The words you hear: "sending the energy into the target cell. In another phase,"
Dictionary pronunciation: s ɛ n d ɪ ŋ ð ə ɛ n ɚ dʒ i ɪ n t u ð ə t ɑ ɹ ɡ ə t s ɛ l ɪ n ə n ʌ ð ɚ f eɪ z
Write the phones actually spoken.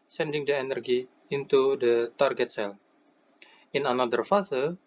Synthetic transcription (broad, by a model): s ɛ n d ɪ ŋ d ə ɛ n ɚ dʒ i ɪ n t u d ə t ɑ ɹ ɡ ə t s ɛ n ɪ n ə n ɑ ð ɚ f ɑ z